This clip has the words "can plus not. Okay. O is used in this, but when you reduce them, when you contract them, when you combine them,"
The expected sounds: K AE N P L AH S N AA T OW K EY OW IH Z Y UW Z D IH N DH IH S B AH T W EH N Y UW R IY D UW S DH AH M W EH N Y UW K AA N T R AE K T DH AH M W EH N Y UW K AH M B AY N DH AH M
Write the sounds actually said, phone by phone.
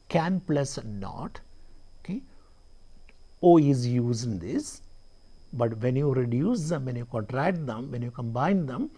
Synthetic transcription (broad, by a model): K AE N P L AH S N AA T OW K EY OW IH Z Y UW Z IH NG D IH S B AH T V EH N Y UW R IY D UW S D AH M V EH N Y UW K AA N T R AE K T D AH M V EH N Y UW K AH M B AY N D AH M